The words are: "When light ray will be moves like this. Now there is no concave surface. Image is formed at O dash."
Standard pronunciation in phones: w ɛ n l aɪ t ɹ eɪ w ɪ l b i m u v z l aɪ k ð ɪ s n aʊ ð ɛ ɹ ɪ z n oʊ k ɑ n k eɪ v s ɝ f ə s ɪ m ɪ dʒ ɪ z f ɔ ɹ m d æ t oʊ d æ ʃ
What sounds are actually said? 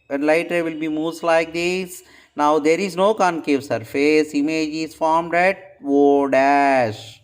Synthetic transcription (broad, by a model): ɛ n l aɪ t ɹ eɪ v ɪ l b i m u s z l aɪ k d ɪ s n aʊ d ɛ ɹ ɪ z n oʊ k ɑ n k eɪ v s ɝ f ə s ɪ m ɪ dʒ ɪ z f ɔ ɹ m d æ t oʊ d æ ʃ